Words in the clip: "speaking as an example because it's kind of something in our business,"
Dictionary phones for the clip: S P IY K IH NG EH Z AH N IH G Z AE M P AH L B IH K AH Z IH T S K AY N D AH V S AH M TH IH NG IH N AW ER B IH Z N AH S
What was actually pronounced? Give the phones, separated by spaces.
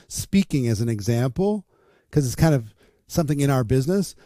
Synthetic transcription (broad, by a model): S P IY K IH NG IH Z N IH G Z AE M P L K AH Z IH T S K AY N D AH V S AH M TH IH NG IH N AW ER B IH Z N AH S